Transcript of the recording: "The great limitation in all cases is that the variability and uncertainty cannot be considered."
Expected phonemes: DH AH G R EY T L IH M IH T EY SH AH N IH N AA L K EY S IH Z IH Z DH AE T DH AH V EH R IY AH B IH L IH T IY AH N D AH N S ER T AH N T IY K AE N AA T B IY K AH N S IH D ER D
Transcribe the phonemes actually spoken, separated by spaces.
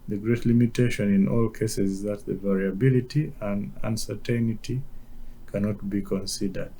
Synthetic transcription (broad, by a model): DH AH G R EY T L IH M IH T EY SH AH N IH N AA L K EY S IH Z IH Z DH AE T DH AH V EH R IY AH B IH L IH T IY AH N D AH N S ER T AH N T IY K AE N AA T B IY K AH N S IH D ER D